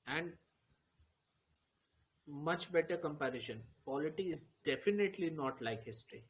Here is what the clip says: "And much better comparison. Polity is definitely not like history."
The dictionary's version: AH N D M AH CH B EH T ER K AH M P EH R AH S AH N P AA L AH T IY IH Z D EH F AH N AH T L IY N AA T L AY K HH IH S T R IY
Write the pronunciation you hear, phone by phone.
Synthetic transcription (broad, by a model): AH N D M AH CH B EH T ER K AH M P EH R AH SH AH N P AA L AH T IY IH Z D EH F AH N AH T L IY N AA T L AY K HH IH S T R IY